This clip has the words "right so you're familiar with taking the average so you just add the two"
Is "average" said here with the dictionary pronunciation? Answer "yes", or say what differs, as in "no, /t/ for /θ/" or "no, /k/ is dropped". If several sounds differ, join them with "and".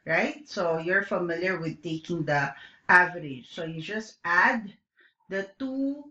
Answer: yes